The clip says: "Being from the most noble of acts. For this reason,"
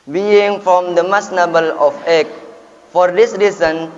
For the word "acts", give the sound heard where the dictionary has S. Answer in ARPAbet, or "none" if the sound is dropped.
none